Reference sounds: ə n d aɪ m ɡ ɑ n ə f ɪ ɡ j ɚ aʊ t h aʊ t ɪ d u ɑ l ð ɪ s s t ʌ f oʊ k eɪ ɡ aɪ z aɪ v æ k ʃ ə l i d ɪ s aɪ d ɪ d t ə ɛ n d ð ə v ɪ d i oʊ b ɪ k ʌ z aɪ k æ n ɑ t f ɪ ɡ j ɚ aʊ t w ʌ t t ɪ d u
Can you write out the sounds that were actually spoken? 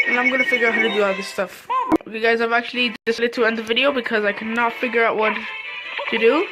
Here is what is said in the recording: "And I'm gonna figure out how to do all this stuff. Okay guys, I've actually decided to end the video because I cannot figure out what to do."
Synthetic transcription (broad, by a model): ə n aɪ m ɡ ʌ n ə f ɪ ɡ j ɚ aʊ t h aʊ t ɪ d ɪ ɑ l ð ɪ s s t ʌ f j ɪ ɡ aɪ z aɪ v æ k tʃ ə l i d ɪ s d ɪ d t ə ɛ n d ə v ɪ d i oʊ b ɪ k ʌ z aɪ k æ n ɑ t f ɪ ɡ j ɚ aʊ t w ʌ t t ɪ d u